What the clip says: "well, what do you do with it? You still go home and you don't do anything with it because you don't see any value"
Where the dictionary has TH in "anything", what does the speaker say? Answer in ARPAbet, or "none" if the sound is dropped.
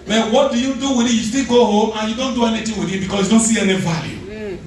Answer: T